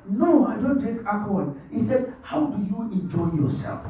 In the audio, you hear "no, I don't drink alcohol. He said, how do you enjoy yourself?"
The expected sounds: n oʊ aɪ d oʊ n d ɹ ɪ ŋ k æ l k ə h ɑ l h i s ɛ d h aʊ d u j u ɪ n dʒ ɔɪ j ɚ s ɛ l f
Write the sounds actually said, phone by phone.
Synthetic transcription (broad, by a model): n oʊ aɪ d oʊ n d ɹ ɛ k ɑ k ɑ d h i s ɛ d h aʊ d u j u ɪ n dʒ ɔɪ j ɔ s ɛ l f